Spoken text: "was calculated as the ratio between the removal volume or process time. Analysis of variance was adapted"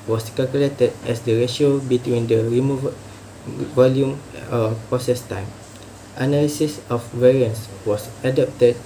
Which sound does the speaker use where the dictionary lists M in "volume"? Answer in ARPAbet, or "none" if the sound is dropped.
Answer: M